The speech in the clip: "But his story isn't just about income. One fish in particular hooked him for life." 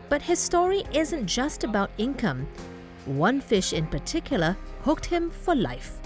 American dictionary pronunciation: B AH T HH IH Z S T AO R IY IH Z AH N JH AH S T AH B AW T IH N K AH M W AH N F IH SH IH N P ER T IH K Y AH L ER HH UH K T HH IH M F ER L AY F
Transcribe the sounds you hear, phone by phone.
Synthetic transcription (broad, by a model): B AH T HH IH Z S T AO R IY IH Z AH N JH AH S T AH B AW T IH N K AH M W AH N F IH SH IH N P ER T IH K Y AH L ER HH UH K T HH IH M F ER L AY F